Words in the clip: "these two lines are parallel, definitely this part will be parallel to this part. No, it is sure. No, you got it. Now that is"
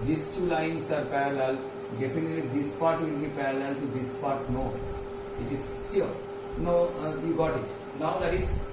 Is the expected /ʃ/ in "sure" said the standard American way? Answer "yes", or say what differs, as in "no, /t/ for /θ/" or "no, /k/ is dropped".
no, /s/ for /ʃ/